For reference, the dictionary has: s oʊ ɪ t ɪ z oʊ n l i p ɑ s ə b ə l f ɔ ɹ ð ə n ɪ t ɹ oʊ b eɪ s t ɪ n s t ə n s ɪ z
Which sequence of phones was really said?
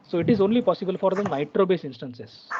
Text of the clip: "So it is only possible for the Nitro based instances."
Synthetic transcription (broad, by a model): s oʊ ɪ t ɪ z oʊ n l i p ɑ s ə b ə l f ɔ ɹ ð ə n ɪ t ɹ oʊ b eɪ s ɪ n s t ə n s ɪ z